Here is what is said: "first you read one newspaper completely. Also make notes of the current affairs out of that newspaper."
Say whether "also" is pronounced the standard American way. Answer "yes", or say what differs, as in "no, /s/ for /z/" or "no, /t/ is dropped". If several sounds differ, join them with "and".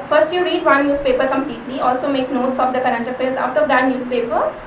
yes